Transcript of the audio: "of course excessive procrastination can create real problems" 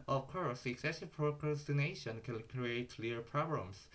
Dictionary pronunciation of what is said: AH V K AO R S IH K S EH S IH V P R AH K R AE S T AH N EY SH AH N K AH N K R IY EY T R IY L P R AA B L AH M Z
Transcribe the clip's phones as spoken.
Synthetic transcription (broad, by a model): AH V K AO R S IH K S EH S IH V P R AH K R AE S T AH N EY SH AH N K AH N K R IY EY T L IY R P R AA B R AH M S